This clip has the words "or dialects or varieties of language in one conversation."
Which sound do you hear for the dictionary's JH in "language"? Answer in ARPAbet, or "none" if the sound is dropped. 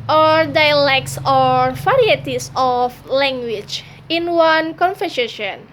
CH